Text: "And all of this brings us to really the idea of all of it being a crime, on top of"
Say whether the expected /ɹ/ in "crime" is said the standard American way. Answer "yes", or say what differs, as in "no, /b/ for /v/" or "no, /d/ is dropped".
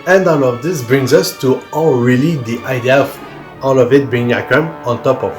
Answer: no, /ɹ/ is dropped